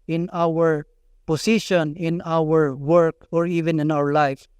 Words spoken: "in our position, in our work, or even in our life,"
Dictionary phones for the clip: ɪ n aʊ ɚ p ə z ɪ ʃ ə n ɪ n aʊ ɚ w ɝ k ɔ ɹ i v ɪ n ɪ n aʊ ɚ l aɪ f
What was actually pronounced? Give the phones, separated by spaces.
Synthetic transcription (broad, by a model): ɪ n aʊ ɚ p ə s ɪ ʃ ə n ɪ n aʊ ɚ w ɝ k ɔ ɹ i v ɪ n ɪ n aʊ ɚ l aɪ f